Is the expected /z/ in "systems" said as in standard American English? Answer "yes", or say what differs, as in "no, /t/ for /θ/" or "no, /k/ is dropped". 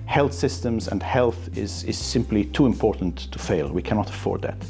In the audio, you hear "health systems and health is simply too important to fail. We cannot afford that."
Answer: yes